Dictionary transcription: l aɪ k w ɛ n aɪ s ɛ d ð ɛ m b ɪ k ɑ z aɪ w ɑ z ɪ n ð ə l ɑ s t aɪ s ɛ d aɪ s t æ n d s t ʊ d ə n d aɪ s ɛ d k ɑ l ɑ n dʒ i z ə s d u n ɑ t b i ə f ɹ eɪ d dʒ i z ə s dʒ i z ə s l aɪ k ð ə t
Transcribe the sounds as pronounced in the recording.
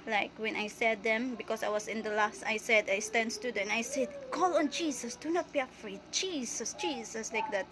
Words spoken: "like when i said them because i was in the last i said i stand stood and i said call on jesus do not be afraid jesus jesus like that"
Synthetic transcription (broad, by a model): l aɪ k w ɛ n aɪ s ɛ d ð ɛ m b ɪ k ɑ s aɪ w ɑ s ɪ n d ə l ɑ s t aɪ s ɛ d aɪ s t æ n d s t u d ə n aɪ s ɛ d k ɑ l ɑ n dʒ i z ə s d u n ɑ t b i ə f ɹ eɪ d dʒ i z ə s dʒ i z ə s l aɪ k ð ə t